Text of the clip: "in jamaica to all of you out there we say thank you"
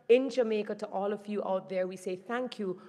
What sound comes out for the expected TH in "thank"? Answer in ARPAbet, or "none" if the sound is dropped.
TH